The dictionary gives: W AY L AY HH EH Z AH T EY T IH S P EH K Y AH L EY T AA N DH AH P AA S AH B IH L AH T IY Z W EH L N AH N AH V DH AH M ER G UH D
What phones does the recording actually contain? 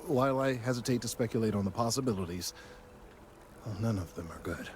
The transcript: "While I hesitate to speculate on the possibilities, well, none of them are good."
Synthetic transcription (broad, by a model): W AY L AY HH EH Z AH T EY T IH S P EH K Y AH L EY T N DH AH P AA S AH B IH L AH T IY Z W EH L N AH N AH V DH AH M ER G UH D